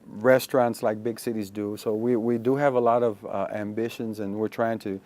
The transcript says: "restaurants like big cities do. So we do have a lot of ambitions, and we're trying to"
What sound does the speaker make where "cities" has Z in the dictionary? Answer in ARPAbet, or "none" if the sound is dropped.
Z